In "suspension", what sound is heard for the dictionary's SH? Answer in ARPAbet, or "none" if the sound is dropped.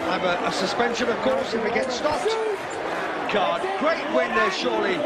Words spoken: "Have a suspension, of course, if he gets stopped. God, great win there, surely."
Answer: SH